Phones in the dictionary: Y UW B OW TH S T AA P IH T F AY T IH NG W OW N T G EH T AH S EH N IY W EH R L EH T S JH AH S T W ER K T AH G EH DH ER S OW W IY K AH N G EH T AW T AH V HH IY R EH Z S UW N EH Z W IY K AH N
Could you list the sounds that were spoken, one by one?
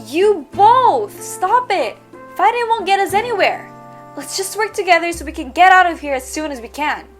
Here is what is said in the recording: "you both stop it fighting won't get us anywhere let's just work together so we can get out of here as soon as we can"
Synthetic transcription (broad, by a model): Y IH B OW TH S T AA P IH T F AY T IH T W OW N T G EH T AH S EH N IY W EH R L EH T S JH AH S T W ER K T AH G EH DH ER S OW W IY K AH N G EH T AW T AH V HH IY R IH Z S UW N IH Z W IY K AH N